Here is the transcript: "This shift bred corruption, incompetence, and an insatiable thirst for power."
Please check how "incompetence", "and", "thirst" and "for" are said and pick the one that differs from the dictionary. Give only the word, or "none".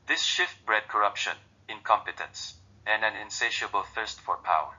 none